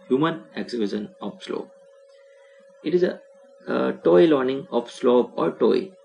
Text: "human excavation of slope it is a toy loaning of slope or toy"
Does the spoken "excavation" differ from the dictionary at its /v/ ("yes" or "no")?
yes